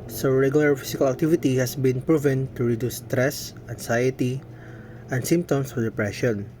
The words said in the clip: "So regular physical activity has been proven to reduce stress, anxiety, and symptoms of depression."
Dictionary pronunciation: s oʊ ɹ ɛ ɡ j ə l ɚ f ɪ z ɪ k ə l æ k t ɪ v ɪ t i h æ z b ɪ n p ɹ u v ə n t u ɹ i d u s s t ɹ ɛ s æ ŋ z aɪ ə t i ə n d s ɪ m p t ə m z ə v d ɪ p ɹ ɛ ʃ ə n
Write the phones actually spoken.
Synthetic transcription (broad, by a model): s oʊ ɹ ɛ ɡ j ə l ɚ f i s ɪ k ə l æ k t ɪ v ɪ t i h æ s b ɪ n p ɹ u v ə n t u ɹ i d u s s t ɹ ɛ s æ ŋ s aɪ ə t i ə n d s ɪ m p t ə m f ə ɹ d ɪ p ɹ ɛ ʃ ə n